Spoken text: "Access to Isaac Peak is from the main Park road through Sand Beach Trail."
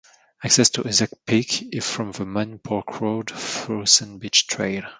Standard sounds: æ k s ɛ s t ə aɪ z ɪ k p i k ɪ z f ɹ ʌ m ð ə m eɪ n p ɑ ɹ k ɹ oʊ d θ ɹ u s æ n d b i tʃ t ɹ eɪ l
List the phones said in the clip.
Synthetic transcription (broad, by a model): æ k s ɛ s t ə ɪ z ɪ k p i k ɪ z f ɹ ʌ m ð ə m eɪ n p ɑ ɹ k ɹ oʊ d f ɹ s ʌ n b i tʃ t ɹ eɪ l